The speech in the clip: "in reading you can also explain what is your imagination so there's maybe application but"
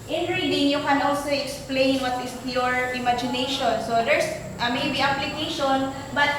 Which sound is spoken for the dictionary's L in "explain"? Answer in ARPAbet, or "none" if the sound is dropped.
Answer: L